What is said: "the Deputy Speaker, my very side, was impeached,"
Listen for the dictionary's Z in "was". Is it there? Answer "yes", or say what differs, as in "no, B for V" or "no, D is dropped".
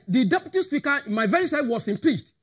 no, S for Z